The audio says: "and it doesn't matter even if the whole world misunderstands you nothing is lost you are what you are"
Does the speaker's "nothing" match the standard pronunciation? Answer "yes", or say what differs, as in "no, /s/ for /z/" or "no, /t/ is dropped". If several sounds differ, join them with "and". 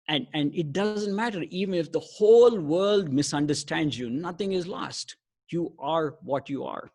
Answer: no, /t/ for /θ/